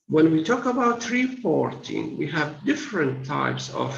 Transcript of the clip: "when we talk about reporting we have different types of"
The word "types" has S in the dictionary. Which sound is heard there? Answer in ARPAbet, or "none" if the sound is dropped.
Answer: S